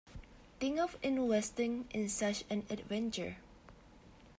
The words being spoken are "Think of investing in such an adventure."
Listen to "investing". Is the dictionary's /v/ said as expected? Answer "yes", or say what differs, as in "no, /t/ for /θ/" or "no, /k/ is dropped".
no, /w/ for /v/